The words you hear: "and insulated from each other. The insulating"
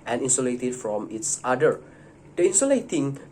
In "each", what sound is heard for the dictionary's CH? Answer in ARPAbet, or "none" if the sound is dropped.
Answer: S